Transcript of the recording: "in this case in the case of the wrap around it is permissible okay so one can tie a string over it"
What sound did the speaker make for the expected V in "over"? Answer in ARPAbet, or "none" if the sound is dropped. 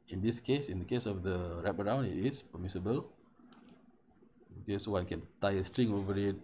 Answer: V